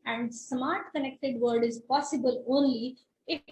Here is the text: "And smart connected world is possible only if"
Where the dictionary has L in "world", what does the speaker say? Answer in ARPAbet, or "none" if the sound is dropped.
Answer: none